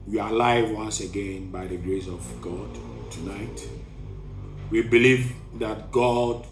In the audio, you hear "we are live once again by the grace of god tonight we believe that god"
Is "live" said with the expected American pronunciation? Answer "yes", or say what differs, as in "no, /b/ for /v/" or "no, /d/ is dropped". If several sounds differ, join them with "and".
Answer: yes